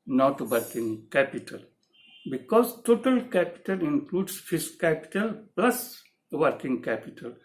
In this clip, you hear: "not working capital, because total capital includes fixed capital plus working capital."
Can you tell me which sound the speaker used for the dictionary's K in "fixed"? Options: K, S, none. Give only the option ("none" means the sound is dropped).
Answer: none